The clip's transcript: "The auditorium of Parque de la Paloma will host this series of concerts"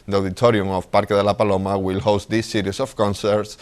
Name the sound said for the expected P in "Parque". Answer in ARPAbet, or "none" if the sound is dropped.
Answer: P